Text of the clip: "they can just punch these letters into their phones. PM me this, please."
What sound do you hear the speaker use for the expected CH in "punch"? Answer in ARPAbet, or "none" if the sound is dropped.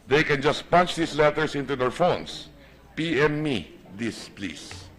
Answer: CH